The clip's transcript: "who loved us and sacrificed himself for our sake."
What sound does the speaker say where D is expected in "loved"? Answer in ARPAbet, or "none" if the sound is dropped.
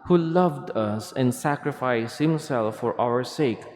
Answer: D